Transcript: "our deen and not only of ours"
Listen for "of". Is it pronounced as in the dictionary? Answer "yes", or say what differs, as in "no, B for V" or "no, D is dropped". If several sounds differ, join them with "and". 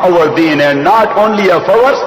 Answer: no, F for V